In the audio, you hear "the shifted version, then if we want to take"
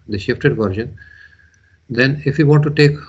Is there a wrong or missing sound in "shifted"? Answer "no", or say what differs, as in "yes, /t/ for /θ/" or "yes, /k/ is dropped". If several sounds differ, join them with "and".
no